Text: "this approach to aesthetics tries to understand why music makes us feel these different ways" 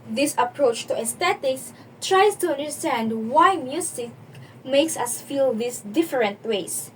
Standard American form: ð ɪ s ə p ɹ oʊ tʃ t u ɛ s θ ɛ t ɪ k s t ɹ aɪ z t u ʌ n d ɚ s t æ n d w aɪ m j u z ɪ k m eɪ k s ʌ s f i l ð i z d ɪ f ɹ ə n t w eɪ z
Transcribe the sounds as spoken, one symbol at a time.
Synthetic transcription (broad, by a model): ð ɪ s ə p ɹ oʊ tʃ t u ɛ s t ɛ t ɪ k s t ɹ aɪ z t u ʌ n d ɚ s t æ n d w aɪ m j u s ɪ k m eɪ k s ʌ s f i l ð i s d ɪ f ɹ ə n t w eɪ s